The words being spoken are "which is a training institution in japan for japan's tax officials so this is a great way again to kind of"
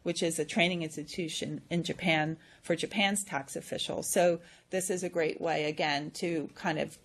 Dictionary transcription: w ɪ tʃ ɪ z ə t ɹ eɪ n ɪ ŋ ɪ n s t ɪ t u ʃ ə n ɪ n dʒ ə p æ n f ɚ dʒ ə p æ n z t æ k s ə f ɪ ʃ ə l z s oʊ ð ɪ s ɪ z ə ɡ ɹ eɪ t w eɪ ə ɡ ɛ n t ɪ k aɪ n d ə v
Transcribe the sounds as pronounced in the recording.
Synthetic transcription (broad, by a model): w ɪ tʃ ɪ z ə t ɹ eɪ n ɪ ŋ ɪ n s t ɪ t u ʃ ə n ɪ n dʒ ə p æ n f ɚ dʒ ə p æ n z t æ k s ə f ɪ ʃ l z s oʊ ð ɪ s ɪ z ə ɡ ɹ eɪ t w eɪ ə ɡ ɛ n t ɪ k aɪ n d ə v